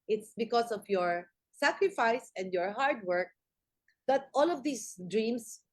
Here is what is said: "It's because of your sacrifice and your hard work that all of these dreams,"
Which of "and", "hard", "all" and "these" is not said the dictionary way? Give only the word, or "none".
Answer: these